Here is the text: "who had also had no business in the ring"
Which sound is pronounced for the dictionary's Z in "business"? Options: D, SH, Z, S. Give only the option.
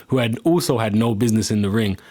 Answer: Z